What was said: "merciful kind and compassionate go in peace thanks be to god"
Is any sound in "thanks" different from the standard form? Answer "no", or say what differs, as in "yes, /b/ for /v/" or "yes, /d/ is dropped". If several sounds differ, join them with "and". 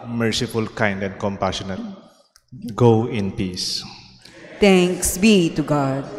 yes, /t/ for /θ/